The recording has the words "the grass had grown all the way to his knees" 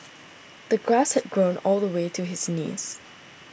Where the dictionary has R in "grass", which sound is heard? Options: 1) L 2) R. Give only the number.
2